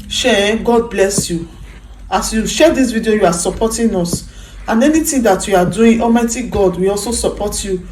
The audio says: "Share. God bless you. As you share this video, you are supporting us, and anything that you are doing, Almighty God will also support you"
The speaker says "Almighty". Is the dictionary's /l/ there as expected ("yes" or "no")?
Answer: no